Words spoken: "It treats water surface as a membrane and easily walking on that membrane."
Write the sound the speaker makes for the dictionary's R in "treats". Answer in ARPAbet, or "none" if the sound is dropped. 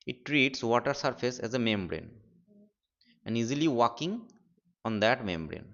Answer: R